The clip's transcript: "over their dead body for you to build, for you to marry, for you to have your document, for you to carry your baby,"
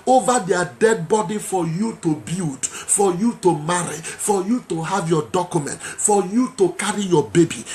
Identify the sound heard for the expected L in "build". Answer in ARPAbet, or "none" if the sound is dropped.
none